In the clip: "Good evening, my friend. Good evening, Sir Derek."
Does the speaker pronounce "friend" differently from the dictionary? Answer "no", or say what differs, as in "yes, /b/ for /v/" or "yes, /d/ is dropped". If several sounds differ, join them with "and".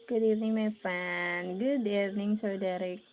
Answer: yes, /ɹ/ is dropped